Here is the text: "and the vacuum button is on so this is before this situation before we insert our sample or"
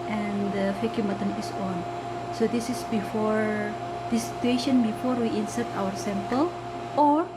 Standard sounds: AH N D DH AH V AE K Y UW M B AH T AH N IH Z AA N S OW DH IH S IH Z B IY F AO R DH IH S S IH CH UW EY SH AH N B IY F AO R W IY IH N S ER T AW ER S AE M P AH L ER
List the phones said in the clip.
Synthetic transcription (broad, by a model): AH N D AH F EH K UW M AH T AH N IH S AA N S OW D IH S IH S B IY F AO R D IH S S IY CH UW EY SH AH N B IY F AO R W IY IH N S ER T AW ER S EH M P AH L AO